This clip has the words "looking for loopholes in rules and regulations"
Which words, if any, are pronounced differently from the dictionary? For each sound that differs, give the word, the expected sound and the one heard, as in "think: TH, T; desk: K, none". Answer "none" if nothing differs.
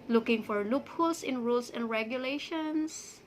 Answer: loopholes: Z, S; rules: Z, S